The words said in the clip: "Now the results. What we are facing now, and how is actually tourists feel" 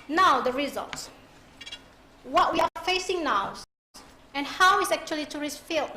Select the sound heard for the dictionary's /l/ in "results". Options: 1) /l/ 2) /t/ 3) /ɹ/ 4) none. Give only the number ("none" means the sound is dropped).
1